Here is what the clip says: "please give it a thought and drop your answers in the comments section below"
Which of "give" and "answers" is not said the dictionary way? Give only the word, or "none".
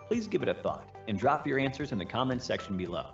none